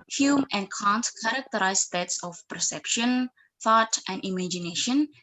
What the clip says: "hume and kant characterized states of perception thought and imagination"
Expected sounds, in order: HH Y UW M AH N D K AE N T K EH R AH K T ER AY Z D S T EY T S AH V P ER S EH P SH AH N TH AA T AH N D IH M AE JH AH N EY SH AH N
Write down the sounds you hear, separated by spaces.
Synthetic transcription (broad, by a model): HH Y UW M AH N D K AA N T K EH R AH K T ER AY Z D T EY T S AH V P ER S EH P SH AH N TH AA T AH N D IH M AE JH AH N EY SH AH N